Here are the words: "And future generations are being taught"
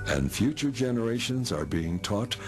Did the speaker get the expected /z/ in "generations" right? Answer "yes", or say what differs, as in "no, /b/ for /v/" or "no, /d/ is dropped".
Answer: yes